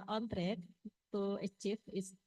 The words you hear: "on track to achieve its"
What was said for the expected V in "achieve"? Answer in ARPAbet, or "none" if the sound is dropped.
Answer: F